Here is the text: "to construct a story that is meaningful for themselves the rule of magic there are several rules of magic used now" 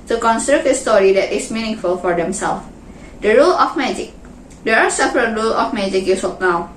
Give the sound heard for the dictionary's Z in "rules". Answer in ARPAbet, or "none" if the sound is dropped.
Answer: none